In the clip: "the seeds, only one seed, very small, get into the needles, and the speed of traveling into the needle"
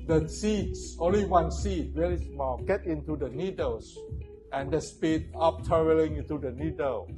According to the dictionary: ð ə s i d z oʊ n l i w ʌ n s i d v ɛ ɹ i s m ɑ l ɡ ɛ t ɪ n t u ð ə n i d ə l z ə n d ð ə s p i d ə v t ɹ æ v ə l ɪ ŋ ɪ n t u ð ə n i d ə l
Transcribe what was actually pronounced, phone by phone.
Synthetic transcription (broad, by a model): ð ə s i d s oʊ n l i w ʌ n s i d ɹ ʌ l i s m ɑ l ɡ ɛ t ɪ n t u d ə n i d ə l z ə n d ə s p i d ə p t ʌ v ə l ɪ ŋ ɪ n t u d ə n i d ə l